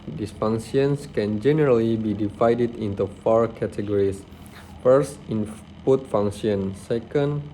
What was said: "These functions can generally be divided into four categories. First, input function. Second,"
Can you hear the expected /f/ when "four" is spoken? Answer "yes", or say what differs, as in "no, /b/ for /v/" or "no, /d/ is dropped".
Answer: yes